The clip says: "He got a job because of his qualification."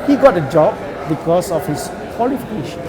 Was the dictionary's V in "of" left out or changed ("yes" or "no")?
yes